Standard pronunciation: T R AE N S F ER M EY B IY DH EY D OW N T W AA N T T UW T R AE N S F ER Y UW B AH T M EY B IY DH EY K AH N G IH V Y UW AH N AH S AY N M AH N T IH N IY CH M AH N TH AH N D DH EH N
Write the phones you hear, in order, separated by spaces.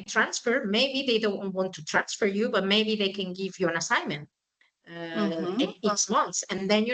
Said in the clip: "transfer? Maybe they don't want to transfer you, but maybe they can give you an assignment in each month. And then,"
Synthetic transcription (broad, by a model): T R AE N S F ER M EY B IY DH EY D OW N T W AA N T T UW T R AE N S F ER Y UW B AH T M EY B IY DH EY K AH N G IH V Y UW AH N AH S AY N M AH N T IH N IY S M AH N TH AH N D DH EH N